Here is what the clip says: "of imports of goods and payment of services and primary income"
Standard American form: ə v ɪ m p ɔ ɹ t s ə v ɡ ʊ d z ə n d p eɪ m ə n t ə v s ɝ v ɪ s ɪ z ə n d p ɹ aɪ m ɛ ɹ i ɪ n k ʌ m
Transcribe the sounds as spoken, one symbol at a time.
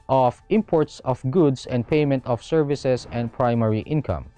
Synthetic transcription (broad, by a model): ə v ɪ m p ɔ ɹ t s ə f ɡ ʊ d s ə n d p eɪ m ə n t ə f s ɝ v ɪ s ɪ s ə n d p ɹ aɪ m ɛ ɹ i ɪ n k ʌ m